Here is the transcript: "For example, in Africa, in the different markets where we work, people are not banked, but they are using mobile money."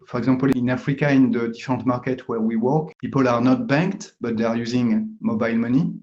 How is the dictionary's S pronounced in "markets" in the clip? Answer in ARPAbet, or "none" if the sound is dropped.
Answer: none